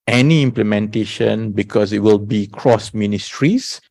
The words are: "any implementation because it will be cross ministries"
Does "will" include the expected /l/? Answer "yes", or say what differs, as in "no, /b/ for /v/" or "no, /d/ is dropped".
yes